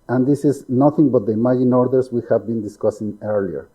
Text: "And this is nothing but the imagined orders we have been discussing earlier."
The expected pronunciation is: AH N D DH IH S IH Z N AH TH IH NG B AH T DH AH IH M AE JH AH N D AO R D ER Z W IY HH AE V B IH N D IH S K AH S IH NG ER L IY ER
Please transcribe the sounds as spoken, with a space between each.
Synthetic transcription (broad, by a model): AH N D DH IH S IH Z N AH TH IH NG B AH T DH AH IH M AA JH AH N AO R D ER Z W IY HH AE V B IH N D IH S K AH S IH NG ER L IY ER